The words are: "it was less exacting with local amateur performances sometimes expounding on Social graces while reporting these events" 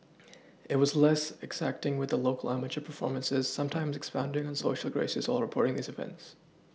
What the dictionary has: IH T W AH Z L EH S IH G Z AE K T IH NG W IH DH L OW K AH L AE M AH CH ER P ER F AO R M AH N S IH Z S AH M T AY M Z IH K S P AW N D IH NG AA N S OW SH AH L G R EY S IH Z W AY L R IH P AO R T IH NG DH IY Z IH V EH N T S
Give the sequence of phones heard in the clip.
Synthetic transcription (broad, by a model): IH T W AH Z L EH S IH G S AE K T IH NG W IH DH L OW K AH L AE M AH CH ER P ER F AO R M AH N S IH Z S AH M T AY M Z IH K S P AW N D IH NG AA N S OW SH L G R EY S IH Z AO L R IH P AO R T IH NG DH IY Z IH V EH N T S